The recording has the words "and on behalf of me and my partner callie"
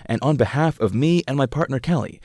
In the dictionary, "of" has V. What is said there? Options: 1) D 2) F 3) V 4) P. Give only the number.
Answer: 3